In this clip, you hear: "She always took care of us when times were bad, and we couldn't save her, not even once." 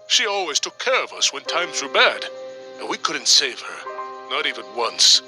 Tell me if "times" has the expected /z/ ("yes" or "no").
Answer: yes